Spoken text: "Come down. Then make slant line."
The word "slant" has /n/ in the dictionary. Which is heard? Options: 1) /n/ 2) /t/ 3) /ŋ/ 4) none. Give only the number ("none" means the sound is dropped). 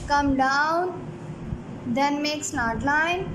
4